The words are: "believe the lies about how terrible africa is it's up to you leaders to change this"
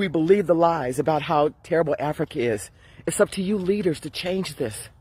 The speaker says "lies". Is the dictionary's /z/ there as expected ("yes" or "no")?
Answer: yes